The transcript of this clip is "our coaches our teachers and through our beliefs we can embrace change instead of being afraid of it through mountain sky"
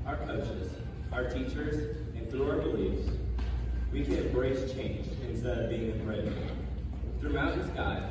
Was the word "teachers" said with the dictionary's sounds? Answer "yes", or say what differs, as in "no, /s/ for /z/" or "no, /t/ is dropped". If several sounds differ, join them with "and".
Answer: yes